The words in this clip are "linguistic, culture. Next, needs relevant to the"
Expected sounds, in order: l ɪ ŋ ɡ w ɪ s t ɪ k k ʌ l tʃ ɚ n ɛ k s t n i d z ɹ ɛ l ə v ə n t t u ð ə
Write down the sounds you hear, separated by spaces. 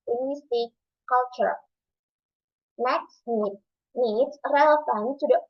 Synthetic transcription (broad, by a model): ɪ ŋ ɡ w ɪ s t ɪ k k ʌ l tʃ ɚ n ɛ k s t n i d s ɹ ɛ l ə f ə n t t u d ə